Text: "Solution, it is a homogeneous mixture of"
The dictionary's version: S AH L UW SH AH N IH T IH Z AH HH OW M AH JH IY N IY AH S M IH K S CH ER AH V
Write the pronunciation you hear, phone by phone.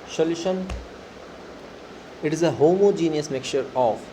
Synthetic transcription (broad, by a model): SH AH L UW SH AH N IH T IH Z AH HH OW M AH JH IY N IY AH S M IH K CH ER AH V